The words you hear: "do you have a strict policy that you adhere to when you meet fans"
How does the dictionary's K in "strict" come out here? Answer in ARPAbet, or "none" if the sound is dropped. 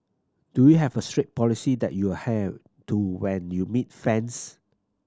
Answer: none